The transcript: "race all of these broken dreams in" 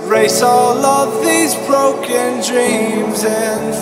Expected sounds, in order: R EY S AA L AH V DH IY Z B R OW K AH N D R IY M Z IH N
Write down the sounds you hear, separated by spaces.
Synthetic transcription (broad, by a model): R EY S AA L AH V DH IY Z B R OW K AH N D R IY M Z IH N